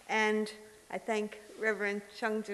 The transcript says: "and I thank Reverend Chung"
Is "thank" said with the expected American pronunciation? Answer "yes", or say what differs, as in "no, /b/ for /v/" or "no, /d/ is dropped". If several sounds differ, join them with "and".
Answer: yes